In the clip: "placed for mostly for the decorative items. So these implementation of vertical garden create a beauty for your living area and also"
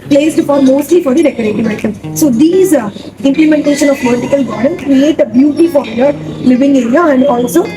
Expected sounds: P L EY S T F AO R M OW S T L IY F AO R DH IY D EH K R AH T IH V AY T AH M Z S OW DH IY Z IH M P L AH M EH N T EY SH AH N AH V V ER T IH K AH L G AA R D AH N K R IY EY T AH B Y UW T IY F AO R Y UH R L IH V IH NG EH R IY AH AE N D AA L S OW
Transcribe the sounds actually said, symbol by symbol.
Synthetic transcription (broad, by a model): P L EY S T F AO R M OW S T L IY F AO R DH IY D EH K AH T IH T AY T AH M S OW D IY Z IH M P L AH M EH N T EY SH AH N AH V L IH T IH K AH L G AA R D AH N K R IY EY T AH B Y UW T IY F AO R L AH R L IH V IH NG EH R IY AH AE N D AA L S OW